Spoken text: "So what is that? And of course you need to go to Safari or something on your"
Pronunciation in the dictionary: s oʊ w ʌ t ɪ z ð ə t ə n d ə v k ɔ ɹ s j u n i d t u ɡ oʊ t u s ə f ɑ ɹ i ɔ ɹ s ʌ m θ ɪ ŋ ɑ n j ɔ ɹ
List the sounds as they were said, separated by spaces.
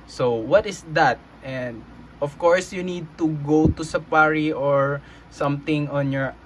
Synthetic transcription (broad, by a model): s oʊ w ʌ t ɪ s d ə t ə n d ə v k ɔ ɹ s j u n i d t u ɡ oʊ t u s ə p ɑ ɹ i ɔ ɹ s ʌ m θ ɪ ŋ ɑ n j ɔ ɹ